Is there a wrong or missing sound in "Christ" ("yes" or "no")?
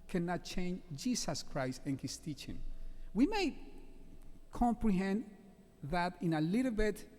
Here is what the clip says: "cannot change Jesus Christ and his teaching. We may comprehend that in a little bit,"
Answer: no